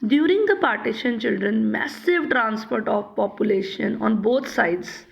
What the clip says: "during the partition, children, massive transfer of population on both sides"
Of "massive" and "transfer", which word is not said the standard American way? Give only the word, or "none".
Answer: transfer